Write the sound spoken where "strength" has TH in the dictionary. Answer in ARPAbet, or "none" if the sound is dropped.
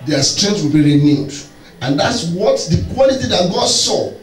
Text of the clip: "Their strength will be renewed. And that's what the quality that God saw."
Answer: T